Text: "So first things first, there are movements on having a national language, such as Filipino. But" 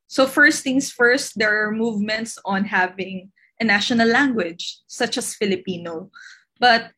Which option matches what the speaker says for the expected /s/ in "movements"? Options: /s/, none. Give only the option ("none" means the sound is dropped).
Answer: /s/